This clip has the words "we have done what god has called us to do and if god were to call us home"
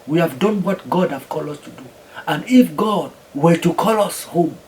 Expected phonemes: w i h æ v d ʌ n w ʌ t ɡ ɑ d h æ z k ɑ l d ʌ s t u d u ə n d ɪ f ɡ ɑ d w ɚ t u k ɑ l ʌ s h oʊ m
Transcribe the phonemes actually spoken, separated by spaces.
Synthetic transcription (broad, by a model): w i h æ v d ʌ n w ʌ t ɡ ɑ d h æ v k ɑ l ʌ s t u d u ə n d ɪ f ɡ ɑ d w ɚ t u k ɑ l ʌ s h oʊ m